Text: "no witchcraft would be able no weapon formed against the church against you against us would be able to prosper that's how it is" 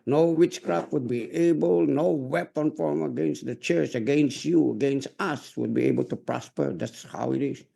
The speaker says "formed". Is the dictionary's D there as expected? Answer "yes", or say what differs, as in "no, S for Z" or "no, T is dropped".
no, D is dropped